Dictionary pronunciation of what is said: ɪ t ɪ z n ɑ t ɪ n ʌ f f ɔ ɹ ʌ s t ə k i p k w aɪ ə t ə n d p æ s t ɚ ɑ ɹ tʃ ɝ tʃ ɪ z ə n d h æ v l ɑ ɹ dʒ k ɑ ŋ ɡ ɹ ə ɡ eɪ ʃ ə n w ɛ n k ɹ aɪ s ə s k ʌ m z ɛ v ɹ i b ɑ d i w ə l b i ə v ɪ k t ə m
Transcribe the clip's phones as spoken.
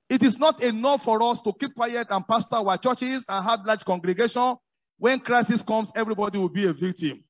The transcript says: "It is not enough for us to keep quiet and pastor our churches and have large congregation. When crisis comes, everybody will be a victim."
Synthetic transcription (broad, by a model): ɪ t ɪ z n ɑ t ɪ n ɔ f f ɔ ɹ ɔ s t ə k i p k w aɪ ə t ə n p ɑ s t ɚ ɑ tʃ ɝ tʃ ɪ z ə n h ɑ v l ɑ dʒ k ɑ ŋ ɡ ɹ ə ɡ eɪ ʃ ə n w ɛ n k ɹ aɪ s ə s k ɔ m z ɛ v ɹ i b ɑ d i w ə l b i ə v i k t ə m